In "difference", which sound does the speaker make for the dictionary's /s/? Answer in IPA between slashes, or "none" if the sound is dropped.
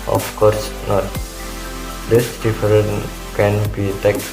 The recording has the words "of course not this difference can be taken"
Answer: none